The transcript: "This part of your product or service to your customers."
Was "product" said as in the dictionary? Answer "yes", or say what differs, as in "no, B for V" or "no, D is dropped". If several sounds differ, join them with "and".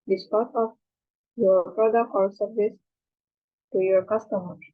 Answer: no, T is dropped